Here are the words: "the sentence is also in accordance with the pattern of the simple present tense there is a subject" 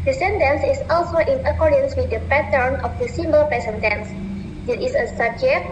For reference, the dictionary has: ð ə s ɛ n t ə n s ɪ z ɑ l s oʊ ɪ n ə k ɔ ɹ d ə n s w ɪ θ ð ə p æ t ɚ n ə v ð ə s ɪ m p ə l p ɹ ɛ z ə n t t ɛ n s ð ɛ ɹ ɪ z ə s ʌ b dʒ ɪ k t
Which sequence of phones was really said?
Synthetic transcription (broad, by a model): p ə s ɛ n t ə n s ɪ s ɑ l s oʊ ɪ n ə k ɔ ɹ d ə n s w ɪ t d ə p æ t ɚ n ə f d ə s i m b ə l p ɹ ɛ s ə n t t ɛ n s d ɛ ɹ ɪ s ə s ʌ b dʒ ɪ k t